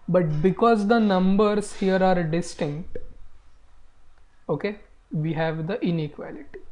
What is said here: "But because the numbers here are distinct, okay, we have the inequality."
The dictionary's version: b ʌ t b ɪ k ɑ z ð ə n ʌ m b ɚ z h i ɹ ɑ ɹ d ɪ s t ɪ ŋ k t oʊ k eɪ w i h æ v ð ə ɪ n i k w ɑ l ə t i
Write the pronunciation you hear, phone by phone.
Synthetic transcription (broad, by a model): b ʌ t b ɪ k ɑ z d ə n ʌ m b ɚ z h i ɹ ɑ ɹ d ɪ s t ɪ ŋ k t oʊ k eɪ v i h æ v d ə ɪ n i k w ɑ l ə t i